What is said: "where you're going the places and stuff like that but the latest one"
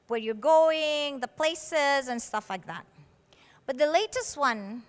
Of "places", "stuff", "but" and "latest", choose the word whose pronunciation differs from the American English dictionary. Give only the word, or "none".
none